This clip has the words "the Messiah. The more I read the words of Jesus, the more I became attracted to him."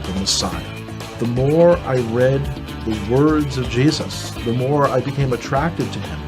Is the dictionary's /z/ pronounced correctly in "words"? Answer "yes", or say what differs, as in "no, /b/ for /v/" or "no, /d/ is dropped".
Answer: yes